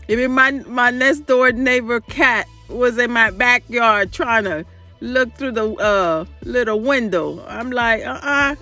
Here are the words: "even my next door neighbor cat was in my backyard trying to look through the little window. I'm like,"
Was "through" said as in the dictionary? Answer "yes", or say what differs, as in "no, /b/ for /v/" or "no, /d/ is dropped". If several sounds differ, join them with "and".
yes